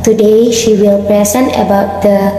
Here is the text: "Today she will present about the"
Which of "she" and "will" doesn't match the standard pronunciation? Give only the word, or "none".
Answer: none